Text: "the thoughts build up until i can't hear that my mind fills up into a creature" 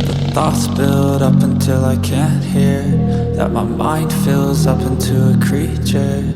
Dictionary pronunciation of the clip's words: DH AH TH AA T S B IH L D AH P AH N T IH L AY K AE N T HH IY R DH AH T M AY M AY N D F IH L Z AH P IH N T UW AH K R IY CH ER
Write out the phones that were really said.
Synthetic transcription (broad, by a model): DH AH TH AA T S B IH L D AH P AH N T IH L AY K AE N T HH IY R DH AH T M AY M AY N D F IH L Z AH P IH N T UW AH K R IY CH ER